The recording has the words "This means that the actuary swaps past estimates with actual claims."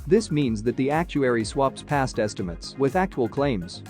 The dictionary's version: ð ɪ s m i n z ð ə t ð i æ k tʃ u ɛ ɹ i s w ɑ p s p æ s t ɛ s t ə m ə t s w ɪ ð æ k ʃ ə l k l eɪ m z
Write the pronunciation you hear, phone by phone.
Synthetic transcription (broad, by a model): ð ɪ s m i n z ð ə t ð i æ k tʃ u ɛ ɹ i s w ɑ p s p æ s t ɛ s t ə m ə t s w ɪ ð æ k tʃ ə l k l eɪ m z